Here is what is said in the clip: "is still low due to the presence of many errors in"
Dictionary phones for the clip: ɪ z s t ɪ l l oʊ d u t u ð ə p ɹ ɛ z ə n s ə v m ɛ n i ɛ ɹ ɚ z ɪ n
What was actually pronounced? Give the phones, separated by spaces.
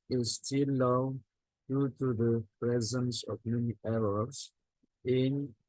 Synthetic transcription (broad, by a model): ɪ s t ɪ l l oʊ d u t u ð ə p ɹ ɛ z ə n s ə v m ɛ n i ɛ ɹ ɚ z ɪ n